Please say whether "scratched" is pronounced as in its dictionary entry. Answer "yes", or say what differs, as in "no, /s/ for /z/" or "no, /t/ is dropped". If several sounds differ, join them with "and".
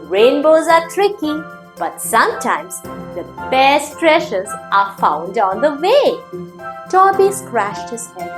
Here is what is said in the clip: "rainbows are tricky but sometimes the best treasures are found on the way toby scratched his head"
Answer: no, /ʃ/ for /tʃ/